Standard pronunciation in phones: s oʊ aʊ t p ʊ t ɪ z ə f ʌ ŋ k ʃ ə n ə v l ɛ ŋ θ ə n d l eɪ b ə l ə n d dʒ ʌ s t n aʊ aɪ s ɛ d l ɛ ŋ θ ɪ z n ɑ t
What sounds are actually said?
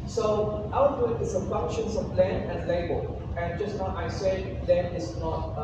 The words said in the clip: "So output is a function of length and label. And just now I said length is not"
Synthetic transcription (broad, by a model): s oʊ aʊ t ʊ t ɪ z ə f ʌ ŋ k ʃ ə n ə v l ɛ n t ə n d l eɪ b ə l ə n dʒ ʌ s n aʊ aɪ s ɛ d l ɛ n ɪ s n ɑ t